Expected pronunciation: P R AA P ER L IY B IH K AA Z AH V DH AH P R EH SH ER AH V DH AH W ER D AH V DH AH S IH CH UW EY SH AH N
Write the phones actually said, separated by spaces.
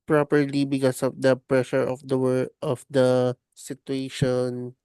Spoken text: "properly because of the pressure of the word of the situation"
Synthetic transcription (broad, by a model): P R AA P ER L IY B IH K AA S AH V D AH P R EH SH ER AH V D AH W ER AH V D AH S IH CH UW EY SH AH N